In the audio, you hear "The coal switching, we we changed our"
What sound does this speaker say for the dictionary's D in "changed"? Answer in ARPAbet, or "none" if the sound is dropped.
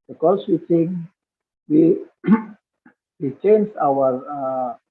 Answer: none